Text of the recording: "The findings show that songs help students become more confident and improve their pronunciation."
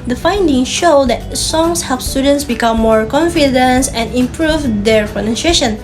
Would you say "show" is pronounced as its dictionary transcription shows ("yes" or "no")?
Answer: yes